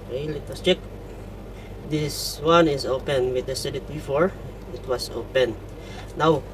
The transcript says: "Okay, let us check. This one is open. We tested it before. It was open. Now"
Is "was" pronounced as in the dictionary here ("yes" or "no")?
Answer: no